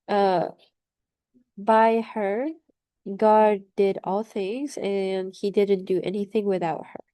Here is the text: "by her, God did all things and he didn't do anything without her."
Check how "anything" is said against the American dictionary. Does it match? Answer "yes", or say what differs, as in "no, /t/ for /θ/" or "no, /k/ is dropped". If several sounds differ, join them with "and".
yes